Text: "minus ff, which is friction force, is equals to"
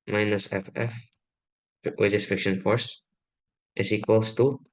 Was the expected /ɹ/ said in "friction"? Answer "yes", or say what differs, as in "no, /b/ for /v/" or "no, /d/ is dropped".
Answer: no, /ɹ/ is dropped